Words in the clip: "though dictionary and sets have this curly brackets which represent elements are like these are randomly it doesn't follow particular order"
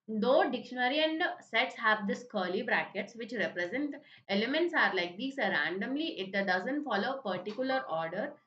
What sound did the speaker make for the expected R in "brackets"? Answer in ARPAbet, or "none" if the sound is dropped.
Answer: R